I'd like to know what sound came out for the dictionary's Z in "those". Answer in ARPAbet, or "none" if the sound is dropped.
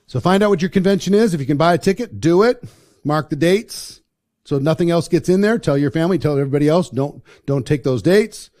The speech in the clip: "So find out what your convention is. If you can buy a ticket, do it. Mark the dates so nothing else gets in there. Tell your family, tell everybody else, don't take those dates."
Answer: Z